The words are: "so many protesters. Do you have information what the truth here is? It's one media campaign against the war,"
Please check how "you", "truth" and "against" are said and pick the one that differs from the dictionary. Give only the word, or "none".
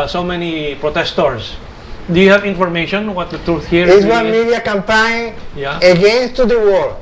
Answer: none